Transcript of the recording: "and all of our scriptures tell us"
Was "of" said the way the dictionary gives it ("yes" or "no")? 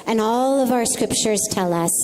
yes